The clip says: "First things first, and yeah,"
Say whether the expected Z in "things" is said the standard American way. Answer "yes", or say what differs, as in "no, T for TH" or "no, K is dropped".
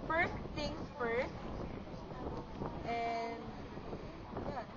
no, Z is dropped